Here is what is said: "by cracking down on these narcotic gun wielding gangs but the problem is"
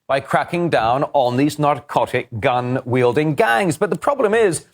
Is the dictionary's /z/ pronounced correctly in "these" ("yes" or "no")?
yes